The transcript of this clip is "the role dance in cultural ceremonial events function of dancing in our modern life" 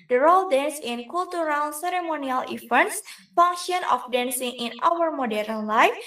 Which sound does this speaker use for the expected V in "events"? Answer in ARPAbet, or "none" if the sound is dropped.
F